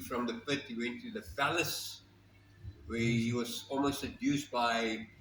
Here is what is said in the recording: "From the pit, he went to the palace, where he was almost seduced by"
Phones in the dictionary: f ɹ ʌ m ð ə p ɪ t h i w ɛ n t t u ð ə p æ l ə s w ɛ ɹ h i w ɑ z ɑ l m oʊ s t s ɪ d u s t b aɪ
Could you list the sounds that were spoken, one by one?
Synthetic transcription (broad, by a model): f ɹ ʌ m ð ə f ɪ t h i w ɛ n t t u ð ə f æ l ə s w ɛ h i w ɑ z ɑ l m oʊ s t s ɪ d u s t b aɪ